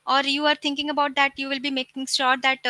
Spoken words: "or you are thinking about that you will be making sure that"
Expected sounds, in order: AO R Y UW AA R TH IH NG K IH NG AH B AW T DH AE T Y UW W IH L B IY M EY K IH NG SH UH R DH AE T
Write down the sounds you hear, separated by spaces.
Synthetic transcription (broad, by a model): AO R Y UW AA R T IH NG K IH NG AH B AW T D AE T Y UW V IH L B IY M EY K IH NG S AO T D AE T